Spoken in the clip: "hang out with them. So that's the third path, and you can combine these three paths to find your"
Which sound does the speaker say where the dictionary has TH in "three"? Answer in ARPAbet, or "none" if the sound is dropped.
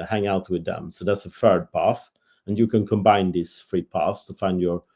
F